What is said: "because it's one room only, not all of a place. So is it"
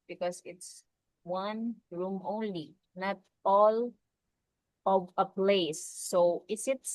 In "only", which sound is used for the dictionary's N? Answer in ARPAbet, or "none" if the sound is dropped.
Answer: N